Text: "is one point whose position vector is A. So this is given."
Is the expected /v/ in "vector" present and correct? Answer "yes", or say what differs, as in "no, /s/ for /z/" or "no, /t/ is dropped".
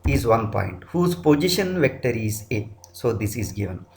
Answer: yes